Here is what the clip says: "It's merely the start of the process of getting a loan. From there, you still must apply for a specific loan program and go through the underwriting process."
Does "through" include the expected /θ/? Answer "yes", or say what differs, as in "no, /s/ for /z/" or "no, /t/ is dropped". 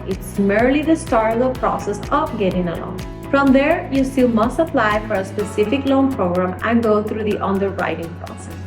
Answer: no, /t/ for /θ/